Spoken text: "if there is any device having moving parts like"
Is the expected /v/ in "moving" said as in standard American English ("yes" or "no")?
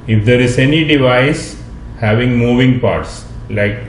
yes